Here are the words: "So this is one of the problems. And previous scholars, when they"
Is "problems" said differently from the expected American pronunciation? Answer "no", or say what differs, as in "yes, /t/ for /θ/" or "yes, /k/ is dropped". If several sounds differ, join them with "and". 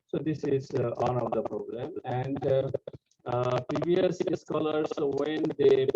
yes, /z/ is dropped